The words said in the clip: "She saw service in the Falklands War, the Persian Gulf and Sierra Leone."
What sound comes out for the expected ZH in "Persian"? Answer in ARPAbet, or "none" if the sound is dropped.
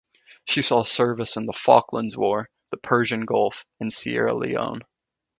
ZH